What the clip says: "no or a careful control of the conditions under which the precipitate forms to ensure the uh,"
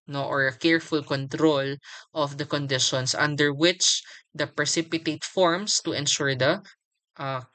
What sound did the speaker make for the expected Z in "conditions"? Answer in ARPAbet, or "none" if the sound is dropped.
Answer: S